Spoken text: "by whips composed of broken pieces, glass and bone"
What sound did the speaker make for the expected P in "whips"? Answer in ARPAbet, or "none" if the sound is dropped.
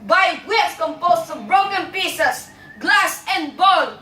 none